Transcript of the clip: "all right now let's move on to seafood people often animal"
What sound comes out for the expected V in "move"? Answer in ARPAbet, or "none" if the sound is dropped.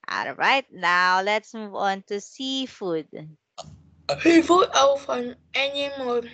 V